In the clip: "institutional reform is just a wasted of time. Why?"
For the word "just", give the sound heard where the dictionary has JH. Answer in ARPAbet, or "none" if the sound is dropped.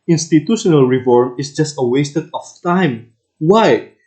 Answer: JH